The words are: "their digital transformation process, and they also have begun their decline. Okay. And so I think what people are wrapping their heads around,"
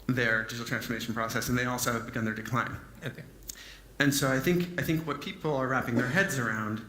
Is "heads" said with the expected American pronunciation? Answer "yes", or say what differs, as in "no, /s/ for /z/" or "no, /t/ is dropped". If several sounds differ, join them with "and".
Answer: yes